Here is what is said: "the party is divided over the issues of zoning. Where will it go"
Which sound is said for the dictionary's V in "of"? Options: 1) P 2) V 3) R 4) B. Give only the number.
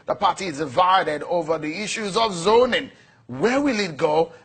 2